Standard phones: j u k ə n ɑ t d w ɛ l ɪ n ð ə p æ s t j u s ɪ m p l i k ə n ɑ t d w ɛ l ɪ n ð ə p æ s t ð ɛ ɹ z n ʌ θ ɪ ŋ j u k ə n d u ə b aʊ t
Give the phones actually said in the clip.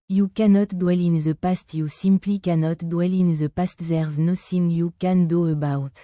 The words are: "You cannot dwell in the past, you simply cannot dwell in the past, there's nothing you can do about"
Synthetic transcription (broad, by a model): j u k ə n ɑ t d w ɛ l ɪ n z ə p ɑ s t j u s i m p l i k ə n ɑ t d w ɛ l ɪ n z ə p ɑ s t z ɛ ɹ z n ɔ s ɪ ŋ j u k ə n d u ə b aʊ t